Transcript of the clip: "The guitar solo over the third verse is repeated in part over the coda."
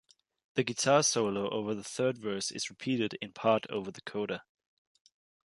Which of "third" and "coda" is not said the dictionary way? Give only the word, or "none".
none